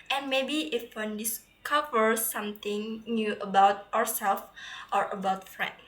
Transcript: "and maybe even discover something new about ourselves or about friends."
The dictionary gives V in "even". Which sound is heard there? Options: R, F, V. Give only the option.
F